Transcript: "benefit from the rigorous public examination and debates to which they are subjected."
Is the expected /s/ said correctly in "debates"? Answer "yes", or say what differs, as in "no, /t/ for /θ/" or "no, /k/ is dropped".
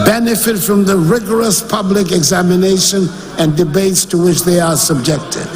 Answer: yes